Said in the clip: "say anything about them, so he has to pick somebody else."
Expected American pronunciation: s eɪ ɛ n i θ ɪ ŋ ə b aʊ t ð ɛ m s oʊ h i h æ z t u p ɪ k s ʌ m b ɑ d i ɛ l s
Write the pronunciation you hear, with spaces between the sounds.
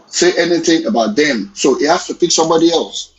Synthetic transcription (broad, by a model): s eɪ ɛ n i θ ɪ ŋ ə b aʊ t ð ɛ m s oʊ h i h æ s t u p ɪ k s ʌ m b ɑ d i ɛ l s